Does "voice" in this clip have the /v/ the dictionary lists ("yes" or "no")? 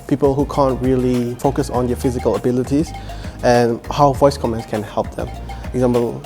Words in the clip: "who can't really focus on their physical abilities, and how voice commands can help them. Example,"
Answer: yes